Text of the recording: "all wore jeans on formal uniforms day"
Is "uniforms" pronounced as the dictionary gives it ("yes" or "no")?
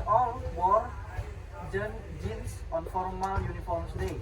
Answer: no